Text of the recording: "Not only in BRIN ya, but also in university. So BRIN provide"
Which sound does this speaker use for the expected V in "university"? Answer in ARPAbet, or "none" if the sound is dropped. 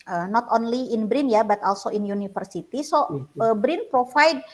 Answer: F